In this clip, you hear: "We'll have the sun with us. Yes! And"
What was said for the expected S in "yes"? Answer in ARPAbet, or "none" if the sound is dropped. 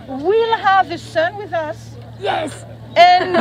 S